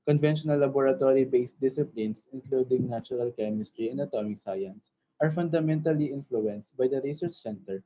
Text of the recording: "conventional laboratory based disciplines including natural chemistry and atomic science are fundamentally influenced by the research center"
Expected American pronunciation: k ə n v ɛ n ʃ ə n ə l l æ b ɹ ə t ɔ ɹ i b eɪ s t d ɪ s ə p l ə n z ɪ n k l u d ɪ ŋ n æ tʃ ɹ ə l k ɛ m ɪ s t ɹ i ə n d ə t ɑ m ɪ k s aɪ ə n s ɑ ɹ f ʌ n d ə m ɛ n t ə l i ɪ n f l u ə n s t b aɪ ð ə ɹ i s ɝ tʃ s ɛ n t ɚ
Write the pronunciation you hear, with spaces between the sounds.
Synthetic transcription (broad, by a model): k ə n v ɛ n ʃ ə n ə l l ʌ b ɹ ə t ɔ ɹ i b eɪ s t d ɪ s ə p l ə n s ɪ n k l u d ɪ ŋ n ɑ tʃ ɹ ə l k ɛ m ɪ s t ɹ i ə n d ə t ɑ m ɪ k s aɪ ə n s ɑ ɹ f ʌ n d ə m ɛ n t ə l i ɪ n f l u ə n s t b aɪ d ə ɹ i s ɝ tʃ s ɛ n t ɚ